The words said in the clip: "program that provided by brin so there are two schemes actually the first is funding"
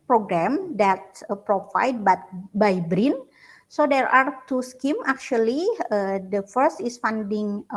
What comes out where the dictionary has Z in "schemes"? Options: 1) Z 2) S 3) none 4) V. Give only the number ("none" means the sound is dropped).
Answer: 3